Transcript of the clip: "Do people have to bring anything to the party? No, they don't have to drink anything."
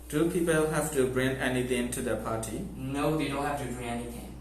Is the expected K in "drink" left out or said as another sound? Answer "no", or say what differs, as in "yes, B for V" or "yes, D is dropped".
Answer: yes, K is dropped